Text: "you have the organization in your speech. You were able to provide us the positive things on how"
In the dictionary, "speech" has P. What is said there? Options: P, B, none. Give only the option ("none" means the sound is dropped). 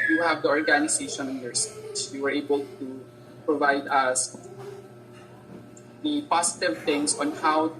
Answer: none